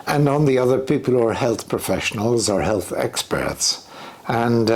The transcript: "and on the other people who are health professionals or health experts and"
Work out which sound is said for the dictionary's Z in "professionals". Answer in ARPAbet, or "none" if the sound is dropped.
Z